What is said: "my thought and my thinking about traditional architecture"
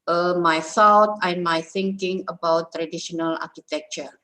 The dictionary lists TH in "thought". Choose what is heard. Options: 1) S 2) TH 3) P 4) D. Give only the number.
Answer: 1